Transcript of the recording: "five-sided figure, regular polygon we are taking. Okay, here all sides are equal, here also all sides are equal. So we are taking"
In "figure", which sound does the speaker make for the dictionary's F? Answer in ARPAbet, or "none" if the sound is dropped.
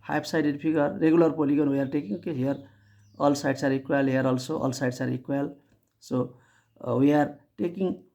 P